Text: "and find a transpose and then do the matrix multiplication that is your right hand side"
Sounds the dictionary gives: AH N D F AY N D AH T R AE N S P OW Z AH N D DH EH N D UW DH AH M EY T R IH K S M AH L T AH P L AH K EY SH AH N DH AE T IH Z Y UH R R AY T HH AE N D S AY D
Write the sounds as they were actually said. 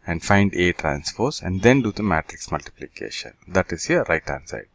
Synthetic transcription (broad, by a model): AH N D F AY N D AH T R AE N S F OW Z AH N D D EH N D UW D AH M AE T R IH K S M AH L T AH P L AH K EY SH AH N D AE T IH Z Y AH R R AY T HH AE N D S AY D